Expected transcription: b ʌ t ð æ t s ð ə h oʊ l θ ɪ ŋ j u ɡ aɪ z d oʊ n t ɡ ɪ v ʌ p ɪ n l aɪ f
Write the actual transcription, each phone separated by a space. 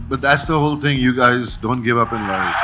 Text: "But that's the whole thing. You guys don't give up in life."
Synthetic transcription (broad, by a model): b ʌ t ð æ t s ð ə h oʊ l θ ɪ ŋ j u ɡ aɪ z d oʊ n t ɡ ɪ v ʌ p ɪ n l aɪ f